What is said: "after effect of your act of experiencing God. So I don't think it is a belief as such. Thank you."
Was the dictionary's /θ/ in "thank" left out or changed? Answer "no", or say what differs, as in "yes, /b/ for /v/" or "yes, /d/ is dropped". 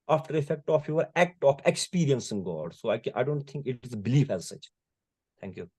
yes, /t/ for /θ/